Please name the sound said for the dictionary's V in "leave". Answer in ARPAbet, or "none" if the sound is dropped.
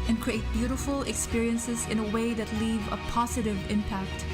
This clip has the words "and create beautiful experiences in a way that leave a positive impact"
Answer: V